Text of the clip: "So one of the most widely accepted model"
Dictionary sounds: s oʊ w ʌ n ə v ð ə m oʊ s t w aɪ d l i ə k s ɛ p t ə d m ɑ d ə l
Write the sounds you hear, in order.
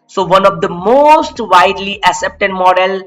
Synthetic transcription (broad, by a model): s oʊ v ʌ n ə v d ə m oʊ s t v aɪ d l i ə s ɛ p t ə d m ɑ d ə l